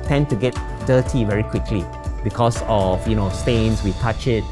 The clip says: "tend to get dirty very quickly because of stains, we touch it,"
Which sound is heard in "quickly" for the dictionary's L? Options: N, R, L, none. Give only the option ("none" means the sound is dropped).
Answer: L